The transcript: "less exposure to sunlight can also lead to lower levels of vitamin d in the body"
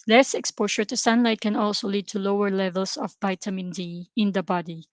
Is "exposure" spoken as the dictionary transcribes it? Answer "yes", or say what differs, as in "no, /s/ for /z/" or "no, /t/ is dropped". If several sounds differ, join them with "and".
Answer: no, /ʃ/ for /ʒ/